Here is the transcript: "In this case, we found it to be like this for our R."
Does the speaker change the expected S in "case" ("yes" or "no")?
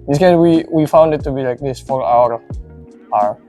yes